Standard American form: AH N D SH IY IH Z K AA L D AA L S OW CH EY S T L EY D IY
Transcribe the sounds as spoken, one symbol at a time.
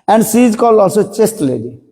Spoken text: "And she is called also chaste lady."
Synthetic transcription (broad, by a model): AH N D S IY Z K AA L AA L S OW CH EY S T L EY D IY